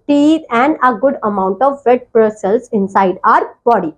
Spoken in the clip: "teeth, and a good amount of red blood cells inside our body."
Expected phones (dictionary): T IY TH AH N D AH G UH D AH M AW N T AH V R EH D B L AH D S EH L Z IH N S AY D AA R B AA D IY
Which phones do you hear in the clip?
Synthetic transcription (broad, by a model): T IY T AH N D AH G UH D AH M AW N T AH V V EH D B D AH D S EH L S IH N S AY D AA R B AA D IY